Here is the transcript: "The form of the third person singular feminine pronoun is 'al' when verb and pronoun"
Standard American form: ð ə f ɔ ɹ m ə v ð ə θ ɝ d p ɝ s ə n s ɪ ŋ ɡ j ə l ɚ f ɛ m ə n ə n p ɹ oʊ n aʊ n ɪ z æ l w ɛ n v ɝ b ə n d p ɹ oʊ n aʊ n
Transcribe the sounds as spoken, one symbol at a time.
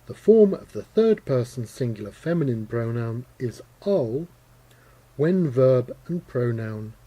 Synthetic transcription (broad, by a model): ð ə f ɔ ɹ m ə v ð ə θ ɝ d p ɝ s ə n s ɪ ŋ ɡ j l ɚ f ɛ m ə n ə n p ɹ oʊ n aʊ n ɪ z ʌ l w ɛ n v ɝ b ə n p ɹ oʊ n aʊ n